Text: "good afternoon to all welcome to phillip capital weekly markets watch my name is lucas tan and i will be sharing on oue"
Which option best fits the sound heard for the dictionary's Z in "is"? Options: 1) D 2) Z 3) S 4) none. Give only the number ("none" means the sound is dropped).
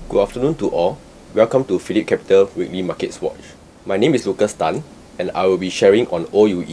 3